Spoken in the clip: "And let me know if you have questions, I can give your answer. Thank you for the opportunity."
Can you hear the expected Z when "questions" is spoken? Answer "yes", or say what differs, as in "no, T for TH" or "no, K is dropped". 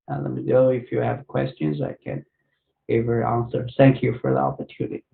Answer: yes